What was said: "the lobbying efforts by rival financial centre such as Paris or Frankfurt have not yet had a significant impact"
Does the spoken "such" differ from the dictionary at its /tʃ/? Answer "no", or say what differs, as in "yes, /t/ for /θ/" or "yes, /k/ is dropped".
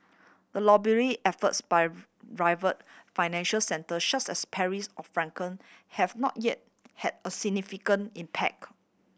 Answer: yes, /s/ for /tʃ/